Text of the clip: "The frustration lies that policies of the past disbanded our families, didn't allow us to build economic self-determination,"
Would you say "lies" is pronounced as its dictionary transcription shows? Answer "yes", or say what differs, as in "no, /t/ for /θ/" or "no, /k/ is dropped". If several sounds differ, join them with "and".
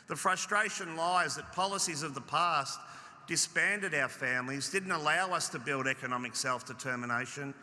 yes